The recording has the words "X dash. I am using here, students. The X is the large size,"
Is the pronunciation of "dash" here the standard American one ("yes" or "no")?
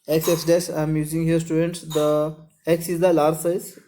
no